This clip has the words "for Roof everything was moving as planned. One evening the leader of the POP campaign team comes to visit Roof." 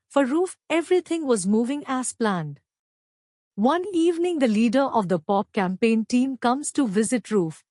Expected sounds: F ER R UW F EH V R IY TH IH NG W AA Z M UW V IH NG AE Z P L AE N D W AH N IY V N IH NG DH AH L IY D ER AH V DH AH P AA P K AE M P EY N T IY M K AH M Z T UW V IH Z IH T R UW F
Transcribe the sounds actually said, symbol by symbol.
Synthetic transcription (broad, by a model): F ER R UW F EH V R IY T IH NG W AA Z M UW V IH NG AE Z P L AE N D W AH N IY V N IH NG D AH L IY D ER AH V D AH P AA P K AE M P EY N T IY M K AH M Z T UW V IH Z IH T R UW F